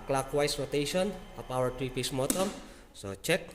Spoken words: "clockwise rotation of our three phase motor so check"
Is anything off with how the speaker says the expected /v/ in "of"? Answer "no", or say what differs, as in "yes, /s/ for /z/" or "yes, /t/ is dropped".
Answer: yes, /p/ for /v/